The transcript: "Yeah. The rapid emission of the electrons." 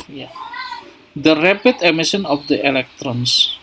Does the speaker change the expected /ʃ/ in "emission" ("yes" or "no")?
yes